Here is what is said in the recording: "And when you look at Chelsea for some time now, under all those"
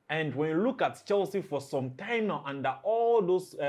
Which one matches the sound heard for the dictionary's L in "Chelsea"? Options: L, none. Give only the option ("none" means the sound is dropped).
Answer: L